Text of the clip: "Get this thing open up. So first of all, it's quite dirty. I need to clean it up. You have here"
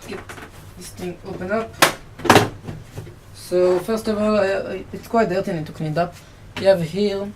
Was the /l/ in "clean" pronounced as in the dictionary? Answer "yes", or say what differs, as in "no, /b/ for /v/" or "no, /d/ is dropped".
no, /n/ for /l/